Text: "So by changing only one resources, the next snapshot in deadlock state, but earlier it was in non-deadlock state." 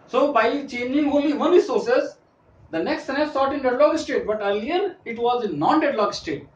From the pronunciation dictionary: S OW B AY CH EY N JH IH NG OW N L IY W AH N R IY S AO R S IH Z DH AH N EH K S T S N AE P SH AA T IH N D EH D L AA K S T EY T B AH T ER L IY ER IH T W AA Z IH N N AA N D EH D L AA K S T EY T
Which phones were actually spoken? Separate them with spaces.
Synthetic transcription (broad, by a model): S OW B AY CH EY N JH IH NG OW L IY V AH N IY S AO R S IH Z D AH N EH K S T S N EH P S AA T IH N D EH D L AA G S T EY T B AH T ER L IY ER IH T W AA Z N N AA N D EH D L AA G S T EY T